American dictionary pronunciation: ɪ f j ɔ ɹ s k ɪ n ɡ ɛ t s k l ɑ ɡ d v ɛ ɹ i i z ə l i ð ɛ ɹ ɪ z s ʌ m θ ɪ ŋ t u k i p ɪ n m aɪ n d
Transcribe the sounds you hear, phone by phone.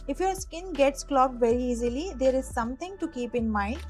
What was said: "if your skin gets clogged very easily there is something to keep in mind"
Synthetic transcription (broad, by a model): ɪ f j ɔ ɹ s k ɪ n ɡ ɛ t s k l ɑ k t v ɛ ɹ i i z ə l i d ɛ ɹ ɪ z s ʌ m t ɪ ŋ t u k i p ɪ n m aɪ n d